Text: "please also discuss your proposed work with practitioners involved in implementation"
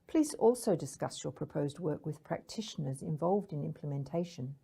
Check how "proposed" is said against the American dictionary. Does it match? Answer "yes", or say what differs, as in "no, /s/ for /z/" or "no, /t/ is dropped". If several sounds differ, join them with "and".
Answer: yes